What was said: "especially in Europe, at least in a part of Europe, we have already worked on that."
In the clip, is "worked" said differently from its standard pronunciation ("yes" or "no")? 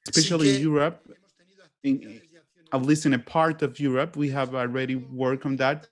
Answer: yes